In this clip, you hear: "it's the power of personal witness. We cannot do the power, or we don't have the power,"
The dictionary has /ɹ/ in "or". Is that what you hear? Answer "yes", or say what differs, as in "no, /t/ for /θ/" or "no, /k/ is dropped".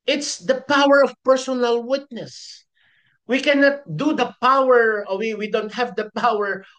no, /w/ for /ɹ/